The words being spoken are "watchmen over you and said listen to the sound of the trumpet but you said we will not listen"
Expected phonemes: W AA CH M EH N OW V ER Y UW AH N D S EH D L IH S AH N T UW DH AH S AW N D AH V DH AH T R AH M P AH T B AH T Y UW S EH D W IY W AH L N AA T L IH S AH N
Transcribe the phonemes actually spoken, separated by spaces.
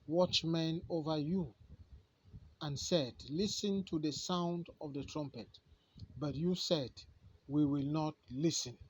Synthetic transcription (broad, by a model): W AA CH M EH N OW V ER Y UW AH N S EH D L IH S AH N T UW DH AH S AW N D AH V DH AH T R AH M P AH T B AH T Y UW S EH D W IY W AH L N AA T L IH S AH N